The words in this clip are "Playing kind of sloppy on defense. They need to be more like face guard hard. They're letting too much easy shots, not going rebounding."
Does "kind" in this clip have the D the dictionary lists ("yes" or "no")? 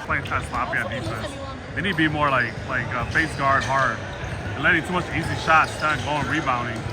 no